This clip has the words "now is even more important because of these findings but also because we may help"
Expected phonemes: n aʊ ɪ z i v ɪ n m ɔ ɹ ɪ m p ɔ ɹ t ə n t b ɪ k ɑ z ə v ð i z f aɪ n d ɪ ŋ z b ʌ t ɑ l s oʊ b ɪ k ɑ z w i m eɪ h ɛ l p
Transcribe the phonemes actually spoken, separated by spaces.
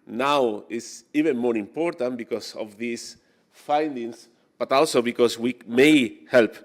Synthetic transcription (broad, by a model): n aʊ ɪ s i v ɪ n m ɔ ɹ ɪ m p ɔ ɹ t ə n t b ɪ k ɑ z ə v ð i s f aɪ n d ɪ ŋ s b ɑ t ɑ l s oʊ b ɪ k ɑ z w i m eɪ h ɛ l p